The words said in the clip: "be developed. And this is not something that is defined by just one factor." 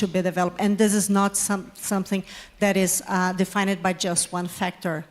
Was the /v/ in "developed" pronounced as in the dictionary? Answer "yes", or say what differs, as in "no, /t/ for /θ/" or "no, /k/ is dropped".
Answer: yes